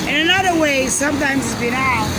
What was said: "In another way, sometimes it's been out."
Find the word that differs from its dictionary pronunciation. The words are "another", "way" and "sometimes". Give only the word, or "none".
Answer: none